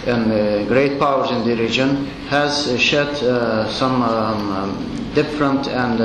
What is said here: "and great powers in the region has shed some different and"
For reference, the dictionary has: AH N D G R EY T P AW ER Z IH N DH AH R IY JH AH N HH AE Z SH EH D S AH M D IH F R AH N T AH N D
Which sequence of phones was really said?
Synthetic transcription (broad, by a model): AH N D G R EY T P AW ER Z IH N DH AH R IY JH AH N HH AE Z SH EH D S AH M D IH F R AH N T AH N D